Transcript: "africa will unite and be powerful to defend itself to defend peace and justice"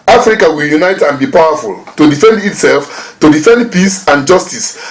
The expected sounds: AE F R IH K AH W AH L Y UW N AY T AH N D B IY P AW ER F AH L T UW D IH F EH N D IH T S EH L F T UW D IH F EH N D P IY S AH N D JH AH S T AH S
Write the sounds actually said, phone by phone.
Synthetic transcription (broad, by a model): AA F R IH K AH W AH L Y UW N AY T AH N B IY P AW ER F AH L T UW D IH F EH N D IH T S EH L F T UW D IH F EH N D P IY S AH N JH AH S T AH S